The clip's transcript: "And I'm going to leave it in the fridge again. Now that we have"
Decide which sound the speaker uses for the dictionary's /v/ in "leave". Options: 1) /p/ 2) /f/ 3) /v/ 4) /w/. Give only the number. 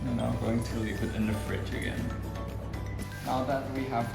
1